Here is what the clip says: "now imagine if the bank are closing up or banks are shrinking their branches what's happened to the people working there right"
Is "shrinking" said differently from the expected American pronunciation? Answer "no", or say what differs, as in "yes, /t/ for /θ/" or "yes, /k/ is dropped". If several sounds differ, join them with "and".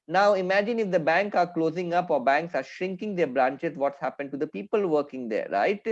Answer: no